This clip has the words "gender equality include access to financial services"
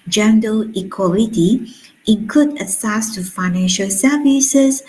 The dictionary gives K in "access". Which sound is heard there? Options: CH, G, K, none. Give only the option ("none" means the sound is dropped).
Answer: none